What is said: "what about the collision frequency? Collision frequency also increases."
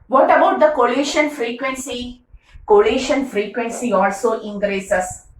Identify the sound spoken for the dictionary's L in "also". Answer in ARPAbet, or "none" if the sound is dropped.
L